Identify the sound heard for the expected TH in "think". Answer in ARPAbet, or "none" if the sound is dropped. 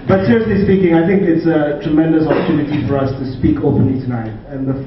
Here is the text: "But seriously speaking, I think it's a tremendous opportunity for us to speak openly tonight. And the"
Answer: TH